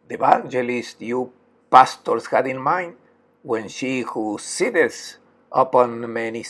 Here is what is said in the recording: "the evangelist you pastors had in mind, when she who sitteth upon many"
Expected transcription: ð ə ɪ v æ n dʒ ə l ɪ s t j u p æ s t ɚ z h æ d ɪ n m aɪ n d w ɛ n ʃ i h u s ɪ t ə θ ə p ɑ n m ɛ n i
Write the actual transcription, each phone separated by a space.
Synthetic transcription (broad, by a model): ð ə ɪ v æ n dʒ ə l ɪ s t j u p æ s t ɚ s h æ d ɪ n m aɪ n d w ɛ n ʃ i h u s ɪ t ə s ə p ɑ n m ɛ n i